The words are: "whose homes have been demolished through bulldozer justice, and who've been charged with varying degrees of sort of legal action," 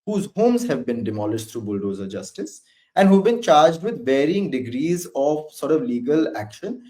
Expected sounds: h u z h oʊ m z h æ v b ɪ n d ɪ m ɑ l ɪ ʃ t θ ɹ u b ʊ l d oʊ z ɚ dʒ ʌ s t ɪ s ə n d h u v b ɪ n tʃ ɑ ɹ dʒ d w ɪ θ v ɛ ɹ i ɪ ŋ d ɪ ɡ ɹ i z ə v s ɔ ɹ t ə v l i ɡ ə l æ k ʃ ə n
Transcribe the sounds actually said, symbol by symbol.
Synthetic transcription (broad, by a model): h u z h oʊ m z h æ v b ɪ n d ɪ m ɑ l ɪ ʃ t ɹ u b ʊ l d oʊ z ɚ dʒ ʌ s t ɪ s ə n d h u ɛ b ɪ n tʃ ɑ ɹ dʒ d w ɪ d v ɛ ɹ i ɪ ŋ d ɪ ɡ ɹ i z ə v s ɔ ɹ t ə v l i ɡ ə l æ k ʃ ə n